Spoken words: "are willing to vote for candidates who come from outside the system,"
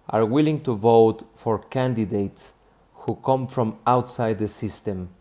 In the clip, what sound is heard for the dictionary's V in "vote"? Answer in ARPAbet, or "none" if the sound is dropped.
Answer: V